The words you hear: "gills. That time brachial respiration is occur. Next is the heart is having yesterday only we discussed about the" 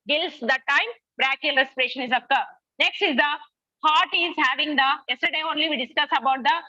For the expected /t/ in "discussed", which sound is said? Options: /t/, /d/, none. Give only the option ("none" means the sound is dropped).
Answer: none